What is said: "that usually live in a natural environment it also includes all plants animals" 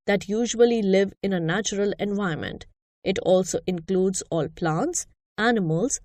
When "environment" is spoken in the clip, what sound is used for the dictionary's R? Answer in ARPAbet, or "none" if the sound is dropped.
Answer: none